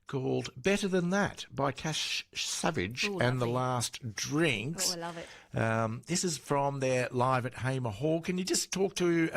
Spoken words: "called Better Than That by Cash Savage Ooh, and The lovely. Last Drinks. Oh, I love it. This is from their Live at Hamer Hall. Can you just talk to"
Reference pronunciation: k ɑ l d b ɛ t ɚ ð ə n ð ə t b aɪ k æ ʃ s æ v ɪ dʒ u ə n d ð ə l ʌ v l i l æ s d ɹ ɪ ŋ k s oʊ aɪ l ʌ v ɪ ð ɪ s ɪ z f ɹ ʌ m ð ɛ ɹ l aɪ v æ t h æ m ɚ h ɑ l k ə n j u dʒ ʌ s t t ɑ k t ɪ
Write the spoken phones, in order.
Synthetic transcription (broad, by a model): k ɑ l d b ɛ t ɚ ð ə n ð ə t b aɪ k æ ʃ s æ v ɪ dʒ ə n ð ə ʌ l l æ s d ɹ ɪ ŋ k s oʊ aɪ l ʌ ð ɪ s ɪ z f ɹ ʌ m ð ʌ ɹ l aɪ v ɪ t h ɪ m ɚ h ɑ l k ə n j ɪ dʒ ʌ s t t ɑ k t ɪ